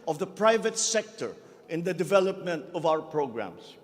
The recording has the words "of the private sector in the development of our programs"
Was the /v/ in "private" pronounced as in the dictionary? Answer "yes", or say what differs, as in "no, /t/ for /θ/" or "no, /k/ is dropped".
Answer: yes